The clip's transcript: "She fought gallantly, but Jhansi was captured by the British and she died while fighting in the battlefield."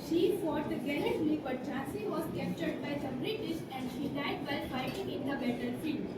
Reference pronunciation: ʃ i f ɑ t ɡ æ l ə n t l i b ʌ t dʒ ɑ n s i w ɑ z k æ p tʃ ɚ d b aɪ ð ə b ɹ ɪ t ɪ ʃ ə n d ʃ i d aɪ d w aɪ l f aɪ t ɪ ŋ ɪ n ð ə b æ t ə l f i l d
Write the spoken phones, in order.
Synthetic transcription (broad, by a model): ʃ i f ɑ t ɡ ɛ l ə t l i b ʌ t tʃ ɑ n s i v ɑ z k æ p tʃ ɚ d b aɪ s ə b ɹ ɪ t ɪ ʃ ə n d ʃ i d aɪ d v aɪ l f aɪ t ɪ ŋ ɪ n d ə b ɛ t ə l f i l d